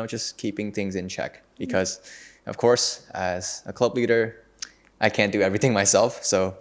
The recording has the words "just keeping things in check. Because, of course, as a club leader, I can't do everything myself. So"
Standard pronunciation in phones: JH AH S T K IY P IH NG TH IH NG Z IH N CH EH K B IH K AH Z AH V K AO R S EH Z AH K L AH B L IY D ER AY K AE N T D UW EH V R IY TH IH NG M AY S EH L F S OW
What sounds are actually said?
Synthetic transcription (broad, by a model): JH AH S K IY P IH NG TH IH NG Z IH N CH EH K B IH K AH Z AH V K AO R S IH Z AH K L AH B L IY D ER AY K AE N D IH EH V R IY TH IH NG M AY S EH L F S OW